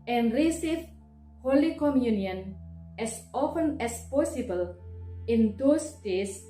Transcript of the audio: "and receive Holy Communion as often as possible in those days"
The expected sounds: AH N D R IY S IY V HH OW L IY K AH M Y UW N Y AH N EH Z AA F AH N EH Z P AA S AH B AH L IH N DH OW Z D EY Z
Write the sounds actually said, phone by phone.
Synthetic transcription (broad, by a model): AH N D R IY S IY F HH OW L IY K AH M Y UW N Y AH N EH S AA F AH N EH S P AA S AH B AH L IH N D OW S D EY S